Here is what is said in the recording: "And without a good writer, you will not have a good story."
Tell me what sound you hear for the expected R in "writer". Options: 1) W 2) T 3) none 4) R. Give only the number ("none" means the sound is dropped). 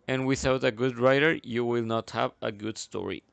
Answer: 4